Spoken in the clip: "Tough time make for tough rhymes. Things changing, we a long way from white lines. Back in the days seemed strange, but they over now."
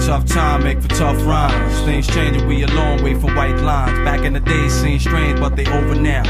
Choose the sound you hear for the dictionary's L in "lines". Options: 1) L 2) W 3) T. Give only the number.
1